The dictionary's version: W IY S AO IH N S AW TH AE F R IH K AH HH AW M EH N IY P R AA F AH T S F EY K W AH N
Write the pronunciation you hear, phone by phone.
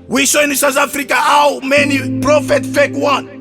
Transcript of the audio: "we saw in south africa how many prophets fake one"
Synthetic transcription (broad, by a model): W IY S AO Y N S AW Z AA F R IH K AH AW M EH N IY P R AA F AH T F EY K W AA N